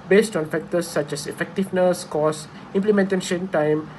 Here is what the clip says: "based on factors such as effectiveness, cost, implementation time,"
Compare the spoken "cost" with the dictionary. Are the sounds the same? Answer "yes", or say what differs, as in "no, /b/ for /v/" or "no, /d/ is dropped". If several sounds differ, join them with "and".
no, /t/ is dropped